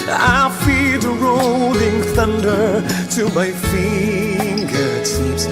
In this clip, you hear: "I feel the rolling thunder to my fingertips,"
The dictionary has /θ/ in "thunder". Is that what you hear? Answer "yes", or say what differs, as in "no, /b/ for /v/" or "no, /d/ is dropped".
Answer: yes